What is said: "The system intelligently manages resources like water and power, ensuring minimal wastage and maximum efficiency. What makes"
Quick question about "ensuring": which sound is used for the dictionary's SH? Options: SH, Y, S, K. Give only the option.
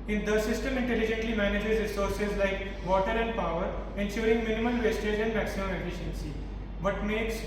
S